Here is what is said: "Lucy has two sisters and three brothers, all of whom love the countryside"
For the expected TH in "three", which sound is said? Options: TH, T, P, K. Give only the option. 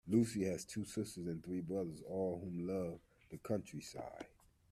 TH